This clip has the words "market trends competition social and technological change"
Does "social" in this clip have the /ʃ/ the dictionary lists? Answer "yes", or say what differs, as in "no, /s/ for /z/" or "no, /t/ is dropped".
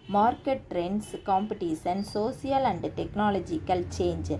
no, /s/ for /ʃ/